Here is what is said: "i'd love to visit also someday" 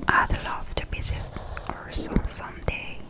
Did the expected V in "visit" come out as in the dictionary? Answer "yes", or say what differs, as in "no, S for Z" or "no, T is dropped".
no, B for V